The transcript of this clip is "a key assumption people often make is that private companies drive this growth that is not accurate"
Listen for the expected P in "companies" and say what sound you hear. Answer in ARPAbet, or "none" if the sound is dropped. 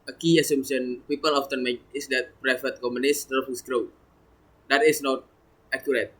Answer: none